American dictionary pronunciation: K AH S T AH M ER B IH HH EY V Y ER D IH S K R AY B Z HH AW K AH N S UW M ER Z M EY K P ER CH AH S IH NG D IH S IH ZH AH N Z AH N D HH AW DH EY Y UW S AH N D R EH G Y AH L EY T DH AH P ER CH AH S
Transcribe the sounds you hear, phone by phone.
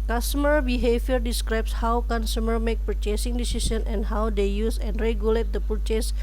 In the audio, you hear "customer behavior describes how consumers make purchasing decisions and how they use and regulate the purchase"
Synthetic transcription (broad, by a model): K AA S T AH M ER B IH HH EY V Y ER D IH S K R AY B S HH AW K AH N S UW M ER M EY K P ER CH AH S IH NG D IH S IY S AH N AH N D HH AW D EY Y UW S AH N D R EH G Y AH L EY T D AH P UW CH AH S